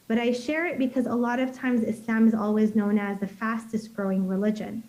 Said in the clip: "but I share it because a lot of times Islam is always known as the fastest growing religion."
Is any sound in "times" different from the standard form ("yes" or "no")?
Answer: no